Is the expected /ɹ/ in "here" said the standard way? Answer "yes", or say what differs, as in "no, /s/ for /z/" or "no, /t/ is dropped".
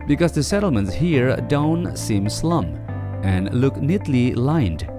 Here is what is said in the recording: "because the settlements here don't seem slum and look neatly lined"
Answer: yes